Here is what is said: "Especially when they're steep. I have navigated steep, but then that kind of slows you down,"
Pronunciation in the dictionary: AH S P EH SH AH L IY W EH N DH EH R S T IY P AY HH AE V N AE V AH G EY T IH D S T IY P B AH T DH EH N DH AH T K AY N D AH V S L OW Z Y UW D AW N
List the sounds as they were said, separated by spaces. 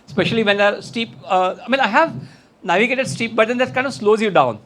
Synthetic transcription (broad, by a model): S P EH SH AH L IY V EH N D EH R S T IY P AY HH AE V N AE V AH G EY T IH D S T IY P B AH T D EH N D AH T K AY N D AH V S L OW Z Y UW D AW N